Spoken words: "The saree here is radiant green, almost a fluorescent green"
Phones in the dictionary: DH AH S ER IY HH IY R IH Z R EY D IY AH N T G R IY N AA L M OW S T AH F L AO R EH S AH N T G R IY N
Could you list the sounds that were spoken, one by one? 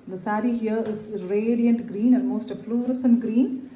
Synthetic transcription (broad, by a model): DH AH S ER IY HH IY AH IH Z R EY D IY AH N T G R IY N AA N M OW S T AH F L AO R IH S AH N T G R IY N